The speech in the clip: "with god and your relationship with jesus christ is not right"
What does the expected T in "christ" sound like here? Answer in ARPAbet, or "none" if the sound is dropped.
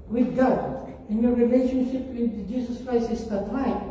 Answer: none